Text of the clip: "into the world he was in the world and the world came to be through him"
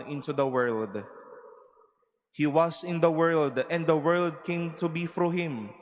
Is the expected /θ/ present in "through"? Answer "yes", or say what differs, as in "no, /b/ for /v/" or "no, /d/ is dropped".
no, /f/ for /θ/